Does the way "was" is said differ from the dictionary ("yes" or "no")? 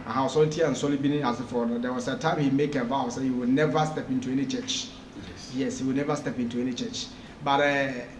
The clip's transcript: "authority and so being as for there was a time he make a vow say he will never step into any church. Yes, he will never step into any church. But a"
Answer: yes